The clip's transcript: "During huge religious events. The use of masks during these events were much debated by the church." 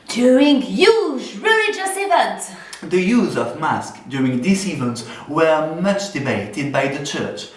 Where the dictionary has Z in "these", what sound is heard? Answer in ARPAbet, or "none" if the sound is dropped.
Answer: S